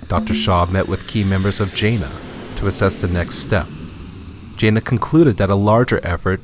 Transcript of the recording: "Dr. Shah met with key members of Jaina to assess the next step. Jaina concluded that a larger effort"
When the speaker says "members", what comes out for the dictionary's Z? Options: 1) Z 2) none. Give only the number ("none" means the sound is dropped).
1